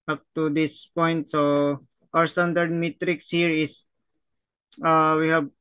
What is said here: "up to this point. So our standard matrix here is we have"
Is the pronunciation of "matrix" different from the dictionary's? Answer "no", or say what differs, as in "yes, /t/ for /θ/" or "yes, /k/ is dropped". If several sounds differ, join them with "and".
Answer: no